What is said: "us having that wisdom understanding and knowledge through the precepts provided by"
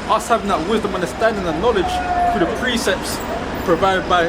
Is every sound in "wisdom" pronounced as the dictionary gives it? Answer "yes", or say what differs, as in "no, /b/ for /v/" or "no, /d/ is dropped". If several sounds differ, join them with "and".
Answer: yes